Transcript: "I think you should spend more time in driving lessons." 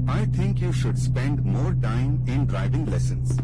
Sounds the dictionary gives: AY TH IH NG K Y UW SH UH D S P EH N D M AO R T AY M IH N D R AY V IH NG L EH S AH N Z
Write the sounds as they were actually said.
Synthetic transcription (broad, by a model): AY T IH NG K Y UW SH UH D S P EH N D M AO R T AY M IH N D R AY V IH NG L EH S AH N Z